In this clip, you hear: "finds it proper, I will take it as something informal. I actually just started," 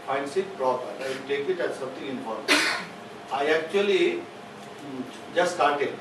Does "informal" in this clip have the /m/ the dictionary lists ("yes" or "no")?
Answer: no